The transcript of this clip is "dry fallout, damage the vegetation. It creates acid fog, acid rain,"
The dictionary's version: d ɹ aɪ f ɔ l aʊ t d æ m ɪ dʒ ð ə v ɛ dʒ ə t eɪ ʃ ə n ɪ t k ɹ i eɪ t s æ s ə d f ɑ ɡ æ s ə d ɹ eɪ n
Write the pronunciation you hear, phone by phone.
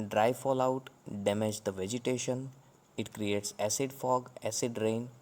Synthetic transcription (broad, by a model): d ɹ aɪ f ɔ l aʊ t d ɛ m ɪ dʒ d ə v ɛ dʒ ə t eɪ ʃ ə n ɪ t k ɹ i eɪ t s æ s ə d f ɑ ɡ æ s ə d ɹ eɪ n